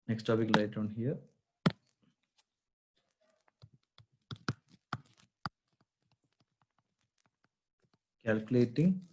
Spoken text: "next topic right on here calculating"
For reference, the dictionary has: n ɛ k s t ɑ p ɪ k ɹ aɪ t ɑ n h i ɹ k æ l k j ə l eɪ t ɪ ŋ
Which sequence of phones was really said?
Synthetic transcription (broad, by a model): n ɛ k s t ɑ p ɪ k l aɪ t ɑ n h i ɹ k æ l k j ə l eɪ t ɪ ŋ